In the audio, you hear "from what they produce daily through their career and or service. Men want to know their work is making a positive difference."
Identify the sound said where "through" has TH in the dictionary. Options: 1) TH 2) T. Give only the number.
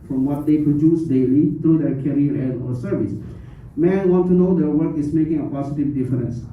2